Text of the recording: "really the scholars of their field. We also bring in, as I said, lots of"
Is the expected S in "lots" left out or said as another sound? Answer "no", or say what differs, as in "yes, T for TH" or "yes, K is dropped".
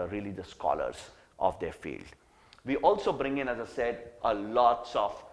no